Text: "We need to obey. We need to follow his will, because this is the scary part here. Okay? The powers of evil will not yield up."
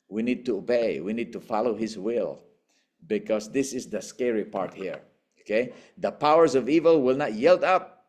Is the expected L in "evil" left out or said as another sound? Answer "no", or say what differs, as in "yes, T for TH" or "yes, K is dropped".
no